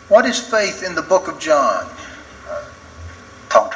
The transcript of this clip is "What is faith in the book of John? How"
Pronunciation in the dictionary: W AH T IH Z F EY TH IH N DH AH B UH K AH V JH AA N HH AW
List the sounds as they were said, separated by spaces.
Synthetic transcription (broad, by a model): W AH T IH Z F EY TH IH N DH AH B UH K AH V JH AA N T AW